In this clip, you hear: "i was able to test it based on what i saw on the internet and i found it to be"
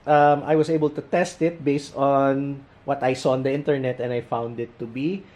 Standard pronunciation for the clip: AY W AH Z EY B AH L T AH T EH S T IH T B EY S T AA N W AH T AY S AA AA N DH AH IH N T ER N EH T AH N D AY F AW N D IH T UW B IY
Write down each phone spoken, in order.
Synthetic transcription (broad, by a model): AY W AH S EY B AH L T AH T EH S T IH T B EY S T AA N W AH T AY S AA AA N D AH IH N T ER N EH T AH N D AY F AW N D IH T UW B IY